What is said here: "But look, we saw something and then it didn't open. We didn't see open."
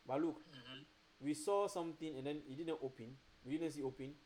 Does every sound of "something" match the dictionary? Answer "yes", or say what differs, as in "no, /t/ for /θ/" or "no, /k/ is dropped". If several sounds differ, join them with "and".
no, /t/ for /θ/